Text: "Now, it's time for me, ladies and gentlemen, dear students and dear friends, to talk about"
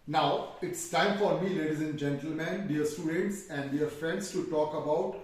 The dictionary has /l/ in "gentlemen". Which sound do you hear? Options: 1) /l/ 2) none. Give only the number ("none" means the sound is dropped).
1